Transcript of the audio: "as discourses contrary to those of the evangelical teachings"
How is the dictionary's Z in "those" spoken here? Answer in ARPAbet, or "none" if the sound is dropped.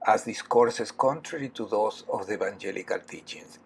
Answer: S